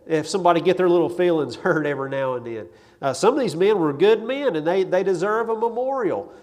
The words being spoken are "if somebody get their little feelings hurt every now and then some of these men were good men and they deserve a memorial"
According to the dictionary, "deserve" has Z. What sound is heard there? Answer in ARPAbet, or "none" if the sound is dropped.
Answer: Z